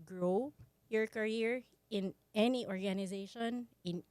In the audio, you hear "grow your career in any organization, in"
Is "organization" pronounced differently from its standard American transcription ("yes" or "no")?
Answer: no